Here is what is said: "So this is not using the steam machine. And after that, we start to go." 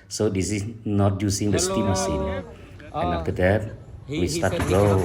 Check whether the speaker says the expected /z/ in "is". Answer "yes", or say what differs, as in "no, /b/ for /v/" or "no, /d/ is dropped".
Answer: no, /s/ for /z/